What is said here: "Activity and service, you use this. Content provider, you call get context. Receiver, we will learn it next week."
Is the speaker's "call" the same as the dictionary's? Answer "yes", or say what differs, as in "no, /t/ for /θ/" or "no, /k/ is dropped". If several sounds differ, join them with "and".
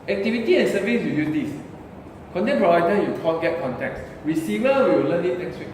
no, /n/ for /l/